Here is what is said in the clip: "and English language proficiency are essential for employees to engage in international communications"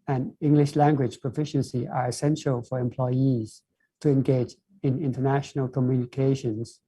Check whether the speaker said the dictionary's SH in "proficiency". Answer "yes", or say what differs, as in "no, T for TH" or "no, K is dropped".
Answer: yes